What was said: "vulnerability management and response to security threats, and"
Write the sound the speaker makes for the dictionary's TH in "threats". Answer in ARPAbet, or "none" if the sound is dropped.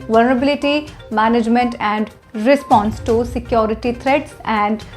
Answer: T